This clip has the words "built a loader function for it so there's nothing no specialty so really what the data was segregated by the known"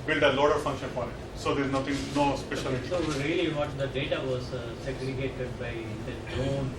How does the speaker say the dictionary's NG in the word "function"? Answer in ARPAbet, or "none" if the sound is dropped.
NG